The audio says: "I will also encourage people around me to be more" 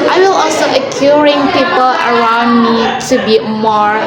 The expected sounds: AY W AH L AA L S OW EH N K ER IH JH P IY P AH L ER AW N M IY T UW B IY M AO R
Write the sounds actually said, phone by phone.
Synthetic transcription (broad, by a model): AY W AH L AA L S OW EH K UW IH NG P IY P AH L ER AW N M IY T UW B IY M AO R